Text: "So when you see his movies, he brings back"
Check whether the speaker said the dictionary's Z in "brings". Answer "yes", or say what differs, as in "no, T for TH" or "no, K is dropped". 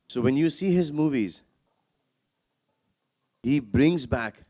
yes